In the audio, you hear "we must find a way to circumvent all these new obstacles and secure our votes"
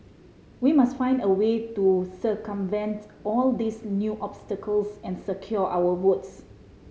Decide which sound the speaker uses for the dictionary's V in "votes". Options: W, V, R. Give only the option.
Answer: W